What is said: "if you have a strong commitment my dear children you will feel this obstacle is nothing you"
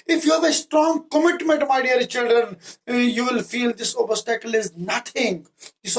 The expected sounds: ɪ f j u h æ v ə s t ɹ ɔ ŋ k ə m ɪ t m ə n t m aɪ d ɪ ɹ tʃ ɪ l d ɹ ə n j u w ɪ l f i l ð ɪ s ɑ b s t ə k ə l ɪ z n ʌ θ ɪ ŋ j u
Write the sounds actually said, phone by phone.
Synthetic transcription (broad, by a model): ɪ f j u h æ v ə s t ɹ ɔ ŋ k ə m ɪ t m ə n t m aɪ d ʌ ɹ tʃ ɪ l d ɹ ə n j u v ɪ l f i l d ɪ s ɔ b s t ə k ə l ɪ z n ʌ t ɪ ŋ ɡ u